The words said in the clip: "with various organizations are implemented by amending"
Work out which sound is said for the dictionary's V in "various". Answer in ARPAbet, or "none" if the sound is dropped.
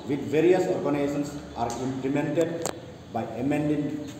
V